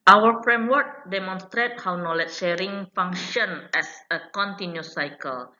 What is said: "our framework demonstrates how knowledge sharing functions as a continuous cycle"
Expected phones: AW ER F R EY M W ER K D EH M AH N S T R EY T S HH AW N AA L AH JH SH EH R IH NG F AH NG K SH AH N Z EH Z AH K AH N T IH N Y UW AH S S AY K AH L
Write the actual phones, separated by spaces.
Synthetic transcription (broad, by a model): AW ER F R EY M W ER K D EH M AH N S T R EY T HH AW N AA L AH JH SH EH R IH NG F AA NG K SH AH N EH S AH K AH N T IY N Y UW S S AY K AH L